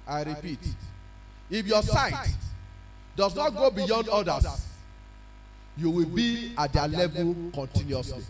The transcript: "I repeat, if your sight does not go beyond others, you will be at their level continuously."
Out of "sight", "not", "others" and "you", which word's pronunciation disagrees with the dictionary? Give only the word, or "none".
others